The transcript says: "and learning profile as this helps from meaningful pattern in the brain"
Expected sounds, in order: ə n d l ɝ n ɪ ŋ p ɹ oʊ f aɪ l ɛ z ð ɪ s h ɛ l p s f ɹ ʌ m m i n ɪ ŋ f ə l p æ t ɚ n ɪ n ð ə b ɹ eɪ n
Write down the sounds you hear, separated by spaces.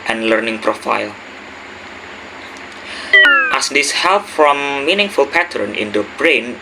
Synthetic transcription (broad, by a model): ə n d l ɝ n ɪ ŋ p ɹ oʊ f aɪ l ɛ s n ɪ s h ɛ l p f ɹ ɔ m m i n ɪ ŋ f ə l p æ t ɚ n ɪ n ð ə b ɹ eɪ n